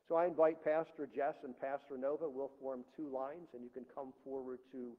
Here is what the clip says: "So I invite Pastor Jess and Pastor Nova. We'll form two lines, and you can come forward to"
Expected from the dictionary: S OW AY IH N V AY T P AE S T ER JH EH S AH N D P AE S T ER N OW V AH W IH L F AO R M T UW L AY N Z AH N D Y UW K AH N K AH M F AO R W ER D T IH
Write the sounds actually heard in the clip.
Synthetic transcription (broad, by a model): S OW AY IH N V AY T P AE S T ER JH EH S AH N P AE S T ER N OW V AH W IH L F AO R M T UW L AY N Z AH N Y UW K AH N K AH M F AO R W ER D T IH